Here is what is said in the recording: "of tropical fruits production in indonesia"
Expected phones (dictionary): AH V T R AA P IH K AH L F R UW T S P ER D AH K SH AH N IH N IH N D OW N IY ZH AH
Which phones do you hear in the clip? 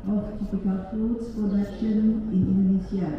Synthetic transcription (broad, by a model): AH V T AA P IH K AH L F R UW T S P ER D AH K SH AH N IH N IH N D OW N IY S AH